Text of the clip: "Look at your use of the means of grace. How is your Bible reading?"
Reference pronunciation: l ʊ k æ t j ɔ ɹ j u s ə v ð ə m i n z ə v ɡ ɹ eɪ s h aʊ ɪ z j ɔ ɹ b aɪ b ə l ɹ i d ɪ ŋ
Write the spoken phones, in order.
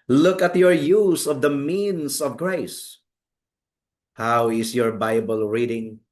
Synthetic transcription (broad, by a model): l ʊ k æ t j ɔ ɹ j u s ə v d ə m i n s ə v ɡ ɹ eɪ s h aʊ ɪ s j ɔ ɹ b aɪ b ə l ɹ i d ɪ ŋ